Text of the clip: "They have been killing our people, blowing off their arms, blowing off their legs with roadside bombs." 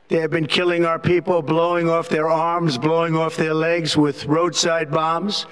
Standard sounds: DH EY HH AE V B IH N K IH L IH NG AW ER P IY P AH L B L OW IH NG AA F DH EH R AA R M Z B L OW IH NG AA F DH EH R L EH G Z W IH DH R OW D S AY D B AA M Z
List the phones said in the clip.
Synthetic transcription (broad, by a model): DH EY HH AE V B IH N K IH L IH NG AW ER P IY P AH L B L OW IH NG AA F DH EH R AA R M Z B L OW IH NG AA F DH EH R L EH G Z W IH DH R OW D S AY D B AA M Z